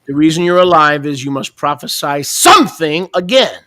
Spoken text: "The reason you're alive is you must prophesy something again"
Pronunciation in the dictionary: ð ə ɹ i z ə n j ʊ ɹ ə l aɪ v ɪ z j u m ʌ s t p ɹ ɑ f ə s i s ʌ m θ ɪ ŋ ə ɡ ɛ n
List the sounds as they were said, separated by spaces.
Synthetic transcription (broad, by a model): ð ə ɹ i z ə n j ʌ ɹ ə l aɪ v ɪ z j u m ʌ s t p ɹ ɑ f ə s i s ʌ m θ ɪ ŋ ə ɡ ɛ n